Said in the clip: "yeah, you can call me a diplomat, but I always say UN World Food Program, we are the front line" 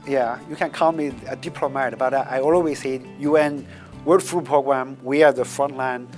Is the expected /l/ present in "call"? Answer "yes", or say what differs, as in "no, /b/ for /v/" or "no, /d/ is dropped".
no, /n/ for /l/